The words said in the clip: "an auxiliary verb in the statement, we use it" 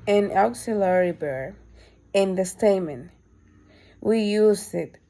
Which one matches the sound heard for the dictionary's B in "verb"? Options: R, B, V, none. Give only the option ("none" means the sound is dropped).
none